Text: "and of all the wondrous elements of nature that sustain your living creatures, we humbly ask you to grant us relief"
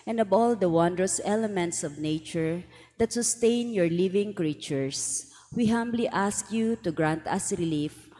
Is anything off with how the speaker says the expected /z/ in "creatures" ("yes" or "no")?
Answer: yes